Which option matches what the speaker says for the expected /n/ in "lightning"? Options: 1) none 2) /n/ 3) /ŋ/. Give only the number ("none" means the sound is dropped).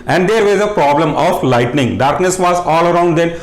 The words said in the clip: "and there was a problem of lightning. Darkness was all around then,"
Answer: 2